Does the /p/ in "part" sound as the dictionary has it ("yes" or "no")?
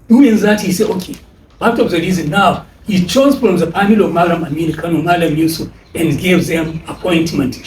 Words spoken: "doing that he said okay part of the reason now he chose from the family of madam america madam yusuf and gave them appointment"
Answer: no